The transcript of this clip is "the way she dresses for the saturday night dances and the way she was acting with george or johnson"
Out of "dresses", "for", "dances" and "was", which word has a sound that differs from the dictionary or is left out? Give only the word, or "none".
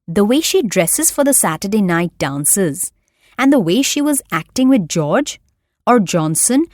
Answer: none